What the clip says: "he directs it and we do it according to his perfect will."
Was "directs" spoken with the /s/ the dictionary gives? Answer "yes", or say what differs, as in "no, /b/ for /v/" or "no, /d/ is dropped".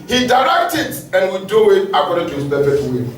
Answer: no, /s/ is dropped